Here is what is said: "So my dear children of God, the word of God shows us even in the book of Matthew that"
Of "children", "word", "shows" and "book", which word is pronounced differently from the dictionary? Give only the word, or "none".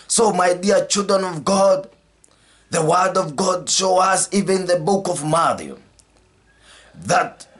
shows